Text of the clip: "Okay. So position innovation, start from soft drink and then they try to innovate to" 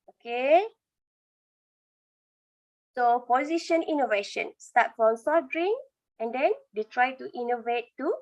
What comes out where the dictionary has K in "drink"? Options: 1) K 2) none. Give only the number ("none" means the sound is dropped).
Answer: 2